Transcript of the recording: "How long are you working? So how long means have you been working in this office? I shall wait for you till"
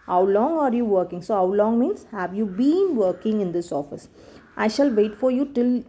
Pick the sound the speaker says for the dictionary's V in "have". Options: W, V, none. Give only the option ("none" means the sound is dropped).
V